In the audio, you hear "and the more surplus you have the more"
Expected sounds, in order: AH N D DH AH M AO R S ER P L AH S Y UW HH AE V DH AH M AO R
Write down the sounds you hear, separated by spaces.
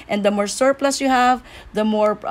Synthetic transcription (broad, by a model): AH N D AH M AO R S ER P L AH S Y UW HH AE V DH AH M AO R